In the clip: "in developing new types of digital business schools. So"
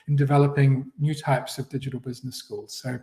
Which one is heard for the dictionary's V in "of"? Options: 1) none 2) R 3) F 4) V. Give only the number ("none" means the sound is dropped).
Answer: 4